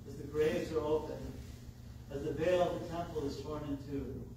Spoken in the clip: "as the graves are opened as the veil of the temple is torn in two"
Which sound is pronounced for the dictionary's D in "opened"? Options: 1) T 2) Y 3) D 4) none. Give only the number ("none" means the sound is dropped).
4